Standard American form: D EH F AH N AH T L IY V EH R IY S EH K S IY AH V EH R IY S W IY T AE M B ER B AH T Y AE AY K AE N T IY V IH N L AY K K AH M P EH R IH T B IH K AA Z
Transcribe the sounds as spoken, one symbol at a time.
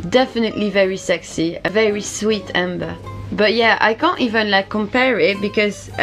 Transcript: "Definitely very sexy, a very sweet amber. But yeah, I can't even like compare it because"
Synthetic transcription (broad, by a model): D EH F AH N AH T L IY V EH R IY S EH K S IY AH V EH R IY S W IY T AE M B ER B AH T Y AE AY K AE N T IY V IH N L AY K K AH M P EH R IH T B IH K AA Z